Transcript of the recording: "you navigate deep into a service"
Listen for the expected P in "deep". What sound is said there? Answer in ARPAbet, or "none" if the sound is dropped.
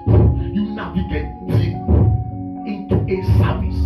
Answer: none